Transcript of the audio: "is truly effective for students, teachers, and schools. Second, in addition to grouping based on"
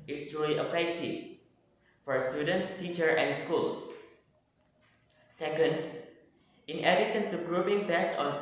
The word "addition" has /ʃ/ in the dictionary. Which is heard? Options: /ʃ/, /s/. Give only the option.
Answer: /s/